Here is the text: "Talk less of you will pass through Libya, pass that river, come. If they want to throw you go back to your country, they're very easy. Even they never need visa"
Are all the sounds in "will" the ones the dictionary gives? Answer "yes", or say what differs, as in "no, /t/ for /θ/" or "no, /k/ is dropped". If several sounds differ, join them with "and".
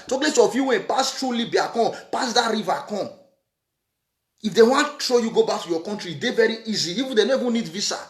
no, /n/ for /l/